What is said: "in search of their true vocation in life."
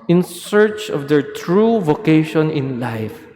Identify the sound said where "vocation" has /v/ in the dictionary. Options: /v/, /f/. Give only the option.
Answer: /v/